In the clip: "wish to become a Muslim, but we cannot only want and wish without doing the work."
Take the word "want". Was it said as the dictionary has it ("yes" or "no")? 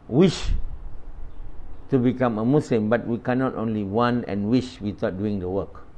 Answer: no